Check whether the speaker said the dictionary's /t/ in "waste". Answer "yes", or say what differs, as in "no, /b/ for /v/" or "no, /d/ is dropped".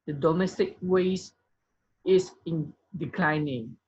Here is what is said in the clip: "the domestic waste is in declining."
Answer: no, /t/ is dropped